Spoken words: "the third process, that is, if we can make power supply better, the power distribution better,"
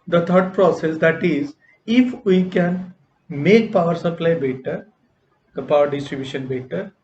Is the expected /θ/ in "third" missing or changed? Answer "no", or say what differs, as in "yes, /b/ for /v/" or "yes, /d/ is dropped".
yes, /t/ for /θ/